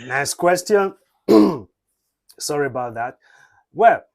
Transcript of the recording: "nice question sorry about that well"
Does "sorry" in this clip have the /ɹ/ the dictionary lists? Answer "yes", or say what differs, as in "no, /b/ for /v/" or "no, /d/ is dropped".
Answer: yes